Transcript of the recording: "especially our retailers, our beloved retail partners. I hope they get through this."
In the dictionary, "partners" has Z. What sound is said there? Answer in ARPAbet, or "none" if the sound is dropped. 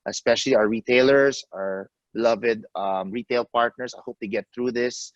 S